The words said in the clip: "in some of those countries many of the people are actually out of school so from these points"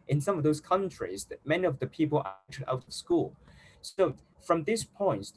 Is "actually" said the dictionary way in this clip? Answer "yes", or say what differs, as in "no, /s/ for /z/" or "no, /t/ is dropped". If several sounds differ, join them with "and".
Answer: no, /l/ is dropped